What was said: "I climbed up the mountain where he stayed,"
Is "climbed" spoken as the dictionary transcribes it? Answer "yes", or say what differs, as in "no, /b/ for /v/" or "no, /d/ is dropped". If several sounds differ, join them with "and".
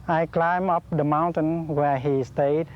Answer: no, /d/ is dropped